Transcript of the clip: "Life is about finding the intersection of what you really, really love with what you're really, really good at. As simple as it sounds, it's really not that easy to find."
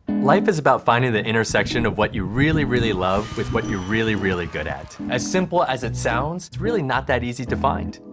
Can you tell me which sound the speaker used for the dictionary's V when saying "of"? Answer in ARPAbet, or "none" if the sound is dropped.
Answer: V